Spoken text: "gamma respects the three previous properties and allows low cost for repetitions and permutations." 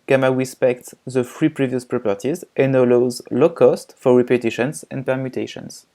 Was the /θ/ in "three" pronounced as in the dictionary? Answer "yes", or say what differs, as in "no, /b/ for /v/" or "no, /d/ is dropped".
no, /f/ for /θ/